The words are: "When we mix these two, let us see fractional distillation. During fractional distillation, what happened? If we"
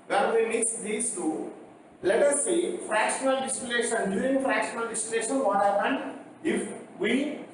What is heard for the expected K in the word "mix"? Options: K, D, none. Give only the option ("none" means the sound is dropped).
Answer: none